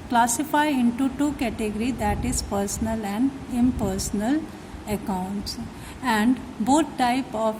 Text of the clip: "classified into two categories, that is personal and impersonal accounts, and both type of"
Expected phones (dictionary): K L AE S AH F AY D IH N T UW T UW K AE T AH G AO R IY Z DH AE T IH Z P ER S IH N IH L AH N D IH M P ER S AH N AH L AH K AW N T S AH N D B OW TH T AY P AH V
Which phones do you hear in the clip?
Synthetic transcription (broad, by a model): K L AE S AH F AY IH N T UW T UW K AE T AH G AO R IY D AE T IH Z P ER S IH N IH L AH N D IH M P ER S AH N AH L AH K AW N T S AH N D B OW T T AY P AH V